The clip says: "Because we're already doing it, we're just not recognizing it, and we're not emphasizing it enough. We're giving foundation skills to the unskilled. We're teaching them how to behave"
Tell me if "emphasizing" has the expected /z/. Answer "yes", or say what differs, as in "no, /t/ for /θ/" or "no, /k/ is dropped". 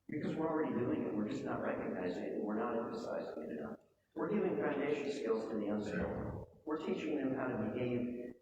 yes